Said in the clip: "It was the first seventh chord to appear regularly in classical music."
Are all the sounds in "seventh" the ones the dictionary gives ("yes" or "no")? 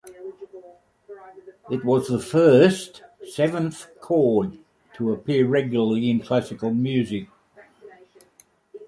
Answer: yes